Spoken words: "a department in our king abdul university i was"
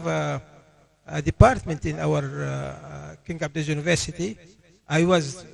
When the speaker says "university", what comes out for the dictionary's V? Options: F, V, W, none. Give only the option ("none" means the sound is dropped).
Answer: V